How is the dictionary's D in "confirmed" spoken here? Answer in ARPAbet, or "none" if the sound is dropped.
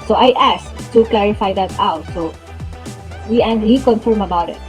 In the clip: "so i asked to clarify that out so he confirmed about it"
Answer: none